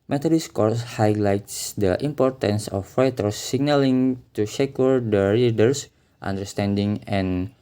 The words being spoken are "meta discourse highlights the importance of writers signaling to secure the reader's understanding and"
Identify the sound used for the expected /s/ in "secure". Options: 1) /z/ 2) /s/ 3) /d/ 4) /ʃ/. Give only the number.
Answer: 4